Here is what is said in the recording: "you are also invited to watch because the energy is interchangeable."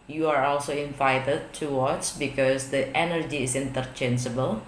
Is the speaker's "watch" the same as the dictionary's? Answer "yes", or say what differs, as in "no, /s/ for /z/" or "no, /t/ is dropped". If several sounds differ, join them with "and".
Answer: no, /s/ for /tʃ/